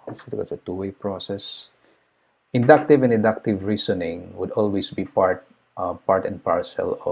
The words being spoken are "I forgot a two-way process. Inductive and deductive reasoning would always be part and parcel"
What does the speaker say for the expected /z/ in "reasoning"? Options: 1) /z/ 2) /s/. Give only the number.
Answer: 2